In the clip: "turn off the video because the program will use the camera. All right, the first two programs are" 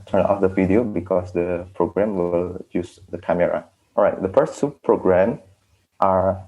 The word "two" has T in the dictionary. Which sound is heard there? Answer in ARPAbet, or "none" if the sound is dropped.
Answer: S